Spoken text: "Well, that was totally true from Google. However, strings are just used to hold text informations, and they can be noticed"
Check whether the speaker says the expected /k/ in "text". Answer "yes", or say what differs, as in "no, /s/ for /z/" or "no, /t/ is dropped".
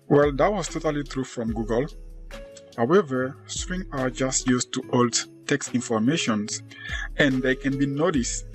yes